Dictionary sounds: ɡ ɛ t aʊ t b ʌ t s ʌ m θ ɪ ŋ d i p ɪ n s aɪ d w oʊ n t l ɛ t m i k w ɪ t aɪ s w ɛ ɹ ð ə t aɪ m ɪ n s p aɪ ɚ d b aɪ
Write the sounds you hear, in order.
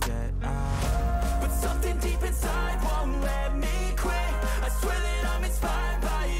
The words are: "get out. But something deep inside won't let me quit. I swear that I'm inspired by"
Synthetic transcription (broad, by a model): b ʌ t s ʌ m θ ɪ ŋ d i p ɪ n s aɪ d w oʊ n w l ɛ m i k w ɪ aɪ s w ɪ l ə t aɪ m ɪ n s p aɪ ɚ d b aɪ